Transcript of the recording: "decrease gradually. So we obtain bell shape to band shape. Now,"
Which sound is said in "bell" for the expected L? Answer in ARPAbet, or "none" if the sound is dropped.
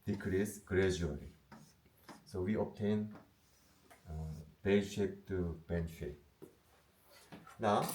N